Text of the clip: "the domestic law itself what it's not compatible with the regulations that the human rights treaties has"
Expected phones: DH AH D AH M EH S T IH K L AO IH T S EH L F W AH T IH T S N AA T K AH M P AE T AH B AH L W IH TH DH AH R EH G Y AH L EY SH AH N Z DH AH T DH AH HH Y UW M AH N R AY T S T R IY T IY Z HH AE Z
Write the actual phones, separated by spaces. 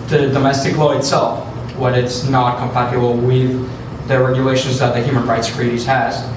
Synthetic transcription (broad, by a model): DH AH D AH M EH S T IH K L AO IH T S EH L F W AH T IH T S N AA T K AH M P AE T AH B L W IH DH AH R EH G Y AH L EY SH AH N Z DH AH T DH AH HH Y UW M AH N R AY T S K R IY T IY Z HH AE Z